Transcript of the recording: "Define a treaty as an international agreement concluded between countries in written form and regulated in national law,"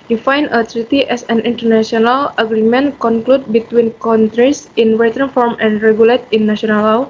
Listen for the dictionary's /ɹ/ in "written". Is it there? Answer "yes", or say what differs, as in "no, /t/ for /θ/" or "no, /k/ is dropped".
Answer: no, /w/ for /ɹ/